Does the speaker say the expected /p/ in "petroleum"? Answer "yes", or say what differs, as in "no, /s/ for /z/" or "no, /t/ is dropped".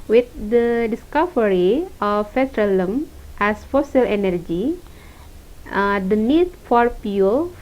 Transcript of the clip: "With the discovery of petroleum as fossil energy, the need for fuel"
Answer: no, /f/ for /p/